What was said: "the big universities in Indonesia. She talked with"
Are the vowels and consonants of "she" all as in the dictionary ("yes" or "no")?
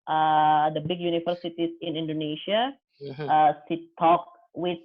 no